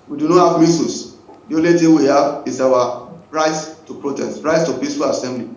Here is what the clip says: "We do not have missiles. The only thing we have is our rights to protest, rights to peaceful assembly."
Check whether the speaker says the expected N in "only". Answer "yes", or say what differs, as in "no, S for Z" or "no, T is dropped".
no, N is dropped